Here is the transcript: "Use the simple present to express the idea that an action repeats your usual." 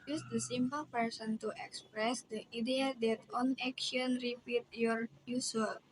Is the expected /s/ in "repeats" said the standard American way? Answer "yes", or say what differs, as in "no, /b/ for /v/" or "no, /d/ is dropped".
no, /s/ is dropped